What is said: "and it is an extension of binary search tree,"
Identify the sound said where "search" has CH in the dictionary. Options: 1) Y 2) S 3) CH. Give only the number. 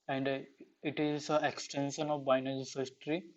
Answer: 2